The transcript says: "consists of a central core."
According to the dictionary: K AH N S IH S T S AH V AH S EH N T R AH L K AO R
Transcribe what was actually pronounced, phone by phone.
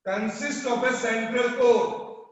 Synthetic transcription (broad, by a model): K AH N S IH S T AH P AH S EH N T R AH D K AO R